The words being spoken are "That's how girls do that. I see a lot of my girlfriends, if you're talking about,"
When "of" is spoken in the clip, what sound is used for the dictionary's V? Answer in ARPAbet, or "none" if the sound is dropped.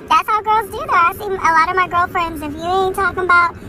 V